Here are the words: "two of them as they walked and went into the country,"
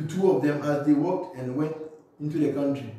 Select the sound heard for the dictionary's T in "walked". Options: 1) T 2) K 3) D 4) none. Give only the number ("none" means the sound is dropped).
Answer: 1